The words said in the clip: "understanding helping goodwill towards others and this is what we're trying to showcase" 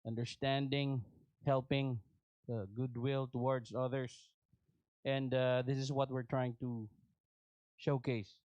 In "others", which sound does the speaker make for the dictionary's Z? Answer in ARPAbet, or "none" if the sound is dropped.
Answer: S